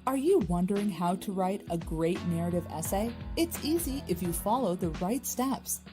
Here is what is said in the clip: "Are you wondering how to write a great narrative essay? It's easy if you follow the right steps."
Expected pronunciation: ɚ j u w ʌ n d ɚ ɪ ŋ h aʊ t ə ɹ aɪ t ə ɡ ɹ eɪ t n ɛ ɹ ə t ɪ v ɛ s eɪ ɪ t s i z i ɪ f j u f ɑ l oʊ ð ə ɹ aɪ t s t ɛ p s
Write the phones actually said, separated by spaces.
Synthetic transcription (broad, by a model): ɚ j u w ʌ n d ɚ ɪ ŋ h aʊ t ə ɹ aɪ t ə ɡ ɹ eɪ t n ɛ ɹ ə t ɪ v ɛ s eɪ ɪ t s i z i ɪ f j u f ɑ l oʊ ð ə ɹ aɪ t s t ɛ p s